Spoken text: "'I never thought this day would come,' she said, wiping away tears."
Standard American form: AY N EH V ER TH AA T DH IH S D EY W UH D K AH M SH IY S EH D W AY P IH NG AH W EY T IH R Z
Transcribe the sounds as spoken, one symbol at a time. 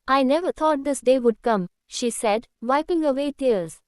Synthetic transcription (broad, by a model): AY N EH V ER T AA T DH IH S D EY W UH D K AH M SH IY S EH D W AY P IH NG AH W EY T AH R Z